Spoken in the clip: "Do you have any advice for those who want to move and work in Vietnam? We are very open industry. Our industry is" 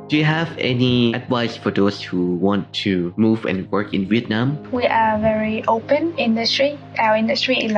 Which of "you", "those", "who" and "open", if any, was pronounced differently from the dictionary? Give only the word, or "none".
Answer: those